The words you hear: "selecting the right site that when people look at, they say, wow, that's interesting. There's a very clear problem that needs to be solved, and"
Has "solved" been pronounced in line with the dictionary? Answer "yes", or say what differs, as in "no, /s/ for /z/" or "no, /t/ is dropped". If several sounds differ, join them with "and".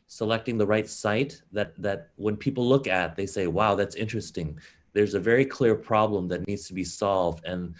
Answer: yes